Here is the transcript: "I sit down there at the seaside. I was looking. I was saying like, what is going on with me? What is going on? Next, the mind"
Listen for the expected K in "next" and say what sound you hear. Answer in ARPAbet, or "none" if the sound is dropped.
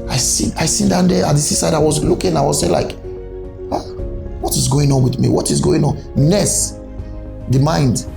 none